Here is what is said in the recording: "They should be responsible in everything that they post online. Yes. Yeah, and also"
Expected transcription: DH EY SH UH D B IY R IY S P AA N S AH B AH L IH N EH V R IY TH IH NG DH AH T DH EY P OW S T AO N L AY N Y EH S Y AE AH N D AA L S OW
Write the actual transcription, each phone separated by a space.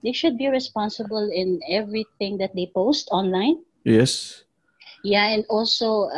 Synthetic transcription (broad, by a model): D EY SH UH D B IY R IY S P AA N S AH B AH L IH N EH V R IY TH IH NG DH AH T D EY P OW S T AO N L AY N Y EH S Y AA AH N D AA L S OW